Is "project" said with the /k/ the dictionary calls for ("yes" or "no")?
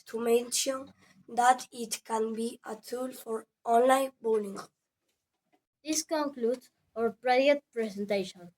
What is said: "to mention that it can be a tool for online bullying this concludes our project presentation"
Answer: no